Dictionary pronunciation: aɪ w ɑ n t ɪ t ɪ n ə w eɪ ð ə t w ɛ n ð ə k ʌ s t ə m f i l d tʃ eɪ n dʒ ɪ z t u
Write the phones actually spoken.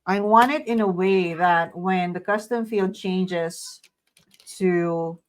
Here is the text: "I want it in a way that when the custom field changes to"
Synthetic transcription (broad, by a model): aɪ w ɑ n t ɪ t ɪ n ə w eɪ ð ə t w ɛ n ð ə k ʌ s t ə m f i l d tʃ eɪ n dʒ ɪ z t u